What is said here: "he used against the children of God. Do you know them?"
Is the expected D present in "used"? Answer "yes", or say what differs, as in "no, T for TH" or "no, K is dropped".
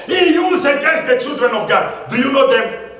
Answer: no, D is dropped